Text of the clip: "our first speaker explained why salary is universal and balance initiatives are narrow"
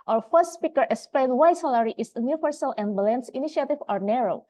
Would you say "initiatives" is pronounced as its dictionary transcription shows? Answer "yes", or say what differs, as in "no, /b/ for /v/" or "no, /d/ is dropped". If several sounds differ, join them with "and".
no, /z/ is dropped